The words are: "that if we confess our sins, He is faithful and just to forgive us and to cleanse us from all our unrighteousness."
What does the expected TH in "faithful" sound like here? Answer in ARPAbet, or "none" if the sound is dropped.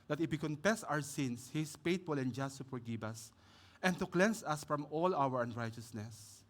T